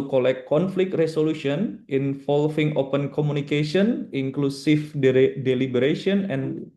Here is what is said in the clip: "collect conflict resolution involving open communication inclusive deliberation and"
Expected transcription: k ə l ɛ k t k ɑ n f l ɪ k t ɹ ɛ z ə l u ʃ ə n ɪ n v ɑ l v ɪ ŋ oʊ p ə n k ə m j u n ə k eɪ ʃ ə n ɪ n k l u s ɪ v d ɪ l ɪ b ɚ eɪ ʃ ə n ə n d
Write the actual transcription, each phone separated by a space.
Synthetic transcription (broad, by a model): k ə l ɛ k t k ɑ n f l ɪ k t ɹ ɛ s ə l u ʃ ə n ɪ n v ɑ l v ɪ ŋ oʊ p ə n k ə m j u n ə k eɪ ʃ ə n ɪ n k l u s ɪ f d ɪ l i b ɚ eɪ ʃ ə n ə n